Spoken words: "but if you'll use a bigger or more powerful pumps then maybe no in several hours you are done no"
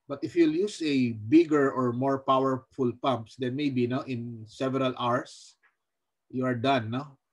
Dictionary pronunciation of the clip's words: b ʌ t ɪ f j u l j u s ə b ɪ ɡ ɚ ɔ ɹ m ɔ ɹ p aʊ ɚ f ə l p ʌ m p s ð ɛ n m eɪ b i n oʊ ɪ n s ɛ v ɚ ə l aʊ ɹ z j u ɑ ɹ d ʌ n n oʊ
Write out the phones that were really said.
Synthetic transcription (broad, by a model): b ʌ t ɪ f j u l j u s ə b ɪ ɡ ɚ ɔ ɹ m ɔ ɹ p aʊ ɚ f ə l p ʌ m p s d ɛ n m eɪ b i n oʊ ɪ n s ɛ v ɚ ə l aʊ ɹ s j u ɑ ɹ d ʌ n n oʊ